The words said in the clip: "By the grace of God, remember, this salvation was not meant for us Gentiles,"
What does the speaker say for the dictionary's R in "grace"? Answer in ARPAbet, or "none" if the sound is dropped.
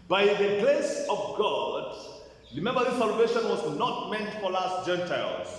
L